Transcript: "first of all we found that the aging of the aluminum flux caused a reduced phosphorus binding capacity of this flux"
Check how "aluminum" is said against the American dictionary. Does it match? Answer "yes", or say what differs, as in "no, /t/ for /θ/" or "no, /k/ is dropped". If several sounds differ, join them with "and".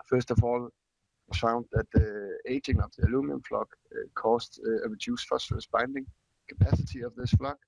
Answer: no, /n/ is dropped